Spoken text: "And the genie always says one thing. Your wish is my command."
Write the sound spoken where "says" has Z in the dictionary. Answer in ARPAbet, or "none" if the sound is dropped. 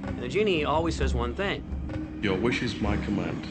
Z